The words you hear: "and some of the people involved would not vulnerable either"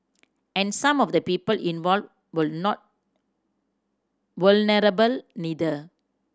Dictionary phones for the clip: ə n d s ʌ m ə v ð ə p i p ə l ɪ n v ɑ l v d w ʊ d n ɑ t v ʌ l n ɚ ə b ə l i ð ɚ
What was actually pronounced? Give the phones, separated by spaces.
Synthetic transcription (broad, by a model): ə n s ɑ m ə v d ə p i p ə l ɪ n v ɑ l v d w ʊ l n ɑ t w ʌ l n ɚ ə b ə l i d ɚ